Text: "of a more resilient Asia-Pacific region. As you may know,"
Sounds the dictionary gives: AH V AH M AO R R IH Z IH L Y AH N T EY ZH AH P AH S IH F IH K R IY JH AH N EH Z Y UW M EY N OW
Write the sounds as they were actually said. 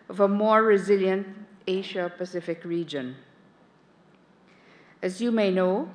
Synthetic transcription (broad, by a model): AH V AH M AO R R IH Z IH L Y AH N T EY SH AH P AH S IH F IH K R IY JH AH N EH Z Y UW M EY N OW